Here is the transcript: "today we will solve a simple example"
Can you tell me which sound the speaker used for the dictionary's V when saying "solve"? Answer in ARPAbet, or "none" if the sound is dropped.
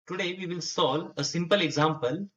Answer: none